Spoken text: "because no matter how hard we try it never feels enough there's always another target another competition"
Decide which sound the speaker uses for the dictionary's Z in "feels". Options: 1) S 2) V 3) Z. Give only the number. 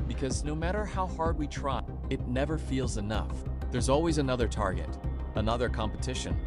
3